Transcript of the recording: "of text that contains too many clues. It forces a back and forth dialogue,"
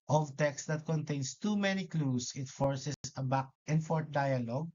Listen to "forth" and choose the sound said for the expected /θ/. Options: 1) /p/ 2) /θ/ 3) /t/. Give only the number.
3